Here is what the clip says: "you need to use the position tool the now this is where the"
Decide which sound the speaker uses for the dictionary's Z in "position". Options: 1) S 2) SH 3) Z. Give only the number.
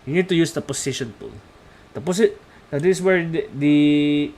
1